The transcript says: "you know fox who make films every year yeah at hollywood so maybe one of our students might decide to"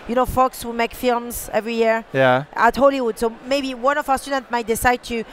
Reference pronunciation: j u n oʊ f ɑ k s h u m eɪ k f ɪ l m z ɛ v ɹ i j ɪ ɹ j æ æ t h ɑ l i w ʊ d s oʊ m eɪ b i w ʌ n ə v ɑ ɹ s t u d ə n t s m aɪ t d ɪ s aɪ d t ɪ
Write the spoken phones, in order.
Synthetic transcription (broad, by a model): j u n oʊ f ɑ k s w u m eɪ k f ɪ l m z ɛ v ɹ i j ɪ ɹ j æ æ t h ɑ l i w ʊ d s oʊ m eɪ b i w ʌ n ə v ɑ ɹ s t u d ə n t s m aɪ t d ɪ s aɪ d t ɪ